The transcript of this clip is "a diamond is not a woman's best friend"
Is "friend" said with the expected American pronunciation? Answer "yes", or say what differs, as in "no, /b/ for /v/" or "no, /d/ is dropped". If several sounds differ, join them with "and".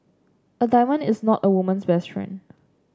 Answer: no, /d/ is dropped